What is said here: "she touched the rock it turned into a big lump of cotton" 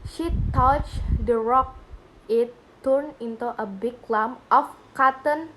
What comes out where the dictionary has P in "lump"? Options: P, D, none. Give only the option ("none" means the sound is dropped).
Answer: none